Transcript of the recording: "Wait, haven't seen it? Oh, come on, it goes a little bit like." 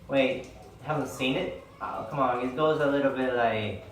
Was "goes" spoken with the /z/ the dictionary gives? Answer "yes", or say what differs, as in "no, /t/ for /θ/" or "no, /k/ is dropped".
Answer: yes